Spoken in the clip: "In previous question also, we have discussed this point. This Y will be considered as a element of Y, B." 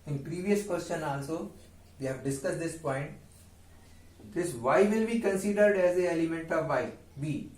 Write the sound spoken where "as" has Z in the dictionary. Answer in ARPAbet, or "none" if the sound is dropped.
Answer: Z